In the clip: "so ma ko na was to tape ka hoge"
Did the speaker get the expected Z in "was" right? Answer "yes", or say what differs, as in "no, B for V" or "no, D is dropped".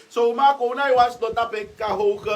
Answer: no, S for Z